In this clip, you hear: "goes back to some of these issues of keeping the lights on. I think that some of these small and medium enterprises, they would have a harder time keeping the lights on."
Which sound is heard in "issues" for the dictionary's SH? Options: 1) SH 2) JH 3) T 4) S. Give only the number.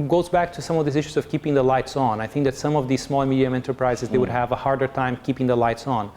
1